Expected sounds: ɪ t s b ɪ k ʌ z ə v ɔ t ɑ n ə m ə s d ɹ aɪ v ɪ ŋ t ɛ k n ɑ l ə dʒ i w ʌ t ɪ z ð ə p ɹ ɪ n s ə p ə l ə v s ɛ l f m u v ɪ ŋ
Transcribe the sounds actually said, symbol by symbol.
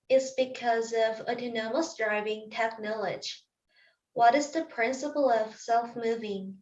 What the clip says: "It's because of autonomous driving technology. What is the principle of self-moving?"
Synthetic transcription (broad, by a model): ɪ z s b ɪ k ʌ z ə v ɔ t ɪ n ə m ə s d ɹ aɪ v ɪ ŋ t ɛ k n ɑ l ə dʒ w ʌ t ɪ z ð ə p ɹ ɪ n s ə p l ə v s ɛ l f m u v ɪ ŋ